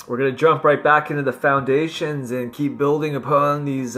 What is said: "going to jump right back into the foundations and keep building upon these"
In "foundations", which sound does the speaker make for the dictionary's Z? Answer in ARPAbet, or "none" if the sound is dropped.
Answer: Z